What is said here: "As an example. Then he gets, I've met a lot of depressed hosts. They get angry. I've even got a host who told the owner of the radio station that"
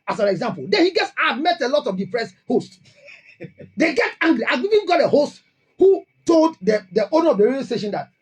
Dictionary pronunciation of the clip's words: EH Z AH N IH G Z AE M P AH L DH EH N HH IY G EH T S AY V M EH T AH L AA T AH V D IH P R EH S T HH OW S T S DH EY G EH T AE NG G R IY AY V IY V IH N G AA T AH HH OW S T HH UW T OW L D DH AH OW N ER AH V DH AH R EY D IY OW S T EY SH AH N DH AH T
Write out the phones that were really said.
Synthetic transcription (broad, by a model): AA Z AH N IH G Z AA M P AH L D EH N HH IY G EH T S AY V M EH T AH L AA T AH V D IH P R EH S HH OW S T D EY G EH T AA NG G R IY AY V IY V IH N G AA T AH HH OW S T HH UW T OW L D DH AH OW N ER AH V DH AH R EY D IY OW S T EY SH AH N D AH T